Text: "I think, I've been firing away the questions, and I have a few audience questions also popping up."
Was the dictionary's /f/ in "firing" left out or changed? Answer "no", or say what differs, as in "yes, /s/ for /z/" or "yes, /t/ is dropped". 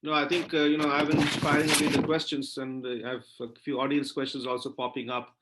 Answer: yes, /p/ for /f/